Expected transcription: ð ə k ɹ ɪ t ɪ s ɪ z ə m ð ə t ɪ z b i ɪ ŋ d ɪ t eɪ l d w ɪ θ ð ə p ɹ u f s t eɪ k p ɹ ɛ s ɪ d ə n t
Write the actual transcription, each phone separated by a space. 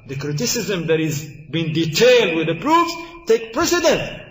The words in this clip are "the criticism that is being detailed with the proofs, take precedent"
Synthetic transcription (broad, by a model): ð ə k ɹ ɪ t ɪ s ɪ z ə m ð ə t ɪ z b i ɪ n d ɪ t eɪ l d w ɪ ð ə p ɹ u f s t eɪ k p ɹ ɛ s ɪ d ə n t